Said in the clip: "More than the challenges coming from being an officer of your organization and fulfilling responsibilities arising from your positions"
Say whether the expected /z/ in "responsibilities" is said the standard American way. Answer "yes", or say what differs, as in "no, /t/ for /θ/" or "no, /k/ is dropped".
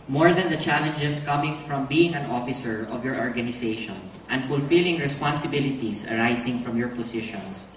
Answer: no, /s/ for /z/